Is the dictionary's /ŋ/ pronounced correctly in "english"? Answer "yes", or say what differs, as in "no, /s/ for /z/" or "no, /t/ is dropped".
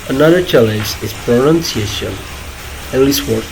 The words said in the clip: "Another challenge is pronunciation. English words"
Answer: no, /ŋ/ is dropped